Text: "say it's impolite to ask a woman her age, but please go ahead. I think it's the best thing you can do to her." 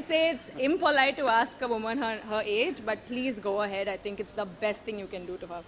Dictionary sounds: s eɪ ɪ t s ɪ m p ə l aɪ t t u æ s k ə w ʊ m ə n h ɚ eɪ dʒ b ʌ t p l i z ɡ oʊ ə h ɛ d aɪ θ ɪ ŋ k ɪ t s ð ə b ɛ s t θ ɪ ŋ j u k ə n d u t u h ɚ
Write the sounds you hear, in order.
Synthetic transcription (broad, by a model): s eɪ ɪ t s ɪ m p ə l aɪ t t u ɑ s k ə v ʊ m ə n h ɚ eɪ dʒ b ʌ t p l i z ɡ oʊ ə h ɛ d aɪ t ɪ ŋ k ɪ t s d ə b ɛ s t t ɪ ŋ j u k ə n d u t u h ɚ